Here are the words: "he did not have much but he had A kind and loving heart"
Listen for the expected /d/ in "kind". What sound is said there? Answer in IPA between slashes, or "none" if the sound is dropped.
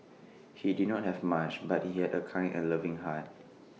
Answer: none